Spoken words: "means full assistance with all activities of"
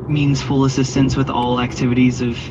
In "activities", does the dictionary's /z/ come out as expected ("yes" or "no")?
yes